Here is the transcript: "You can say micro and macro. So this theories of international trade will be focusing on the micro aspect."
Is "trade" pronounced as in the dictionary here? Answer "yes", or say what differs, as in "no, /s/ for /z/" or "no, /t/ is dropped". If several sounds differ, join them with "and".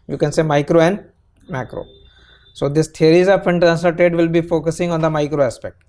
no, /ɹ/ is dropped